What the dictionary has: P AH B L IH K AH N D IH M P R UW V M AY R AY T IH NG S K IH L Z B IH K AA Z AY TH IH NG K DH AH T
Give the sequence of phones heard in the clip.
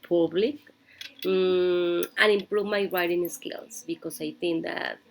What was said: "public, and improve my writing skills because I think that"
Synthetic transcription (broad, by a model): P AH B L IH K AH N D IH M P R UW V M AY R AY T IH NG S K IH L S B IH K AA S AY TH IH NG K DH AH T